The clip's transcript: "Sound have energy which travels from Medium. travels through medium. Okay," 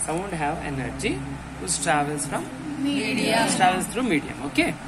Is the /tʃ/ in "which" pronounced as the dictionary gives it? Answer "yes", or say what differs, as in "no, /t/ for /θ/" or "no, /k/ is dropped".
no, /s/ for /tʃ/